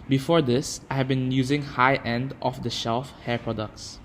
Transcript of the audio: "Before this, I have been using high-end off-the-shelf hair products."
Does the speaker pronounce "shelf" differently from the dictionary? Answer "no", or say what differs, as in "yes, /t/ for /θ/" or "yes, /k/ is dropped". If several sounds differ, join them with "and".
no